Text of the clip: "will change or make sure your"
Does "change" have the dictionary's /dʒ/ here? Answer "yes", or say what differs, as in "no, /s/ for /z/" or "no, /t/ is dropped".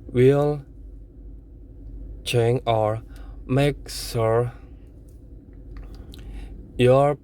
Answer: no, /dʒ/ is dropped